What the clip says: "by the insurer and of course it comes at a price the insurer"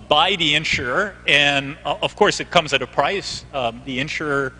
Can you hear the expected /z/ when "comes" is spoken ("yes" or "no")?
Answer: yes